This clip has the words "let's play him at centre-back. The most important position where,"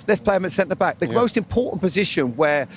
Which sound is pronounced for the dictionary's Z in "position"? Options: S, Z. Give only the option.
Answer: Z